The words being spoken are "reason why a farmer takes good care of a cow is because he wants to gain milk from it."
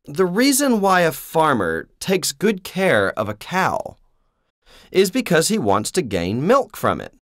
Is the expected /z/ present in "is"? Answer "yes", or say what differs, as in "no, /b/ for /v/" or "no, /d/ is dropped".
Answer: yes